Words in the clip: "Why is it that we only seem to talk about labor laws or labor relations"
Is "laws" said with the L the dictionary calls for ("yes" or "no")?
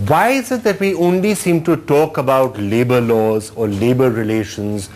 yes